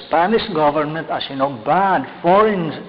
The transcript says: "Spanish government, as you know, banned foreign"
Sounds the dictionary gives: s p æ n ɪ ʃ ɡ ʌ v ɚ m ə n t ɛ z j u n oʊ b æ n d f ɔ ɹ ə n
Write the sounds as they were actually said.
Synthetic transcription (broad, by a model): p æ n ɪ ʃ ɡ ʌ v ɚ m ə n t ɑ s j u n oʊ b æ d f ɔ ɹ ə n